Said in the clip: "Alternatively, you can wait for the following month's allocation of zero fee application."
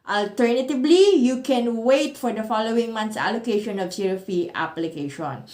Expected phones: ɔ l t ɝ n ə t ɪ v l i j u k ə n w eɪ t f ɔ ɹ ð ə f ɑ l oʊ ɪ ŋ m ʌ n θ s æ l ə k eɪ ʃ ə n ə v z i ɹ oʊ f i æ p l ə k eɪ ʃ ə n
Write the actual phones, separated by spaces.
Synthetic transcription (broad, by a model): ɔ l t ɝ n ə t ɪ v l i j u k ə n w eɪ t f ɔ ɹ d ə f ɑ l oʊ ɪ ŋ m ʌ n t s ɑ l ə k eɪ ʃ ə n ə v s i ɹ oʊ f i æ p l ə k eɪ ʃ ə n